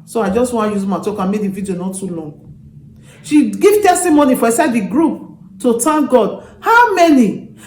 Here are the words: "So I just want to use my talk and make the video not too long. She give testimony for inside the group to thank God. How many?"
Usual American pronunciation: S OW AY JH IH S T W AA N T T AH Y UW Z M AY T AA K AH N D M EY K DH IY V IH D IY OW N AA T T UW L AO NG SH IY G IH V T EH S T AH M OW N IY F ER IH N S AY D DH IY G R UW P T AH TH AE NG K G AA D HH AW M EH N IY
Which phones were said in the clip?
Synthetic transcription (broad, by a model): S OW AY JH IH S T W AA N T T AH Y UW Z M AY T AA K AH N M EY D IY V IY D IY OW N AA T T UW L AO NG SH IY G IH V T EH S T AH M OW N IY F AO IH N S AY D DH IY G R UW P T AH T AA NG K G AA D HH AW M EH N IY